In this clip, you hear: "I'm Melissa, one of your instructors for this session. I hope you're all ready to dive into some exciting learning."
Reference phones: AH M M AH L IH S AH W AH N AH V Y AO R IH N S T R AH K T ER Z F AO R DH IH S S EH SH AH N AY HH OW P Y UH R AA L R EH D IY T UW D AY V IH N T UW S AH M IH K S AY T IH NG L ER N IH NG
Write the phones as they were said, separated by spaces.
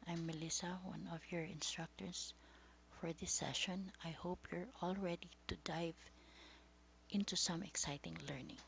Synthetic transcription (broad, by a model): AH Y M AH L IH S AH W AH N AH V Y AO R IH N S T R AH K T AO S F AO R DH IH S S EH SH AH N AY HH OW P Y UH R AA L R EH D IY T UW D AY V IH N T UW S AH M IH K S AY T IH NG L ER N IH NG